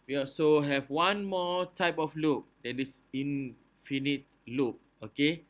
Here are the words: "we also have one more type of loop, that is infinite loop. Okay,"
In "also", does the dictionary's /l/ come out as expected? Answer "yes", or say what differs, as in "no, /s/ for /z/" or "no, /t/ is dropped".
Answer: no, /l/ is dropped